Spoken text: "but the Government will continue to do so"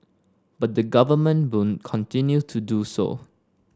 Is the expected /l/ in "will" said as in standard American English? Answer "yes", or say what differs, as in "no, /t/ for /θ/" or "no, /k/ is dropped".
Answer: no, /n/ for /l/